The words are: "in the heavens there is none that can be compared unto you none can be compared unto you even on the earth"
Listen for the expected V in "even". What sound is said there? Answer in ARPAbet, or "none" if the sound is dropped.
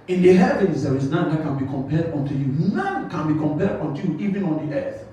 V